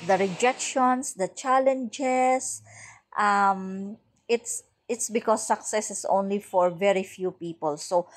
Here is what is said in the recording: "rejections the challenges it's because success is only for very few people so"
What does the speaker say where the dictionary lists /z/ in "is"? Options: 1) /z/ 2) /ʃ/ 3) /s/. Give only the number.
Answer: 3